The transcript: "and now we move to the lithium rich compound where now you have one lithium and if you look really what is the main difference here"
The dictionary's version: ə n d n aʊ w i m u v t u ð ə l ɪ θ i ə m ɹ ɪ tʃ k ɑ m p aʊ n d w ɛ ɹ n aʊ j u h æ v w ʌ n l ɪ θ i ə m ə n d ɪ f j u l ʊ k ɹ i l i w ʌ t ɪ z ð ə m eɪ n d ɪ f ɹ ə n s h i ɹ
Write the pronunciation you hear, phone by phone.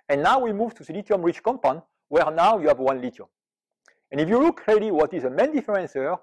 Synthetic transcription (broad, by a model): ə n n aʊ w i m u v t u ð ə l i t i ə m ɹ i tʃ k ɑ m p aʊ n w ɛ ɹ n aʊ j u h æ v w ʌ n l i t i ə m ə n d ɪ f j u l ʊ k ɹ i l i w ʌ t ɪ z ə m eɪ n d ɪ f ɹ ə n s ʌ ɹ